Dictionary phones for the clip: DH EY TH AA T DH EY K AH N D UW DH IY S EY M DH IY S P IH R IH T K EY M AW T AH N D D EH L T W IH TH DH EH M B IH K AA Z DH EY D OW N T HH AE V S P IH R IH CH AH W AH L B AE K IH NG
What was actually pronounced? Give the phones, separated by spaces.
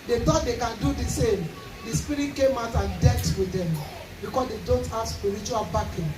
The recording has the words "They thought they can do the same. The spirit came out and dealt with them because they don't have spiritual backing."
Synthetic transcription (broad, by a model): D EY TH AA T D EY K AH N D UW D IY S EY M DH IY S P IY R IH T K EY M AW T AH N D D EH T W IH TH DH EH M B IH K AA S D EY D OW N T HH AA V S P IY R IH CH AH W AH L B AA K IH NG